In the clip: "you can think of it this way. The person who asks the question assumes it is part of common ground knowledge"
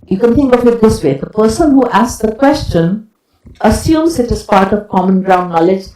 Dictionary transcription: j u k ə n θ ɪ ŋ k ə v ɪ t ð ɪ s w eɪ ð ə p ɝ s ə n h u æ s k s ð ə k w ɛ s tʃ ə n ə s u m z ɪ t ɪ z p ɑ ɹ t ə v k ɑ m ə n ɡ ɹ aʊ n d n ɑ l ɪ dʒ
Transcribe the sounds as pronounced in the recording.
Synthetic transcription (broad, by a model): j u k ə n t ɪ ŋ k ə v ɪ t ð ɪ s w eɪ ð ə p ɝ s ə n h u æ s k s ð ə k w ɛ s tʃ ə n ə s u m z ɪ t ɪ z p ɑ ɹ t ə v k ɑ m ə n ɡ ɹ aʊ n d n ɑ l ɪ dʒ